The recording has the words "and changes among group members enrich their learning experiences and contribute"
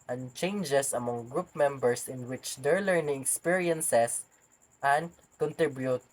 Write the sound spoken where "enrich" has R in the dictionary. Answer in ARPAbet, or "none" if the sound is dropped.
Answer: W